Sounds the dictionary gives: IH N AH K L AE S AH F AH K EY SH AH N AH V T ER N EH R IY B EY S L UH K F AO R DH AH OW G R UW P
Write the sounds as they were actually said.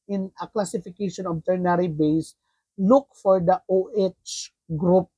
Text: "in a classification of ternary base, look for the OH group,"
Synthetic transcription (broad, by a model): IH N AH K L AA S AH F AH K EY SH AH N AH B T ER N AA R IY B EY S L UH K F AO R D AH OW G R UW P